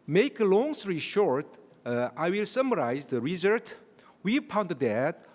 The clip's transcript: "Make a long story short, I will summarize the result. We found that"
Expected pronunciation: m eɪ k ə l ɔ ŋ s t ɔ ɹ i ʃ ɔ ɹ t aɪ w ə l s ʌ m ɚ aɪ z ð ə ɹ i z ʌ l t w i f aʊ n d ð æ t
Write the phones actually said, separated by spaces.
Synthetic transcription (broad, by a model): m eɪ k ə l ɔ ŋ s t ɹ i ʃ ɔ ɹ t aɪ w ə l s ʌ m ɚ aɪ z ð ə ɹ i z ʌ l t w i p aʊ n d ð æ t